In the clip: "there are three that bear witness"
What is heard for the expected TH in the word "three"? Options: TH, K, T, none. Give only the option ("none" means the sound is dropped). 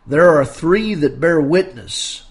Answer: TH